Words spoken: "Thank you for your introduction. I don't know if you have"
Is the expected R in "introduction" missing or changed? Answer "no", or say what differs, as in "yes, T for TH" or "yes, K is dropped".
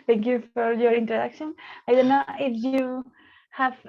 yes, R is dropped